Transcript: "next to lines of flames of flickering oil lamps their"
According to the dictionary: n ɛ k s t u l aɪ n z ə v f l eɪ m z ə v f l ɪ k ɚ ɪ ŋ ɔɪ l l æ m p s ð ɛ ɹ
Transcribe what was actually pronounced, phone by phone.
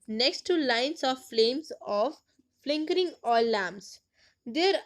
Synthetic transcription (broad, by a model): n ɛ k s t u l aɪ n s ə v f l eɪ m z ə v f l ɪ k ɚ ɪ ŋ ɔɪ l l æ m s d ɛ ɹ